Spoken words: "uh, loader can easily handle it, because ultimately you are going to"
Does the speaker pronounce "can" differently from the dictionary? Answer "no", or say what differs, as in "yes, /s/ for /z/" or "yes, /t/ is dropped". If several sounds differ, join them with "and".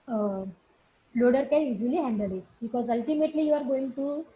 yes, /l/ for /n/